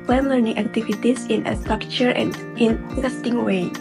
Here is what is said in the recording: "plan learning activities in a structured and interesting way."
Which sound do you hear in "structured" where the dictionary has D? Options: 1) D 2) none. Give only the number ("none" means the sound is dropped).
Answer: 2